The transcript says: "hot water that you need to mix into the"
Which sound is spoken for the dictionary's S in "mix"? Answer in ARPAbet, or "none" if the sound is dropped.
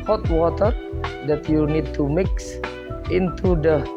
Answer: S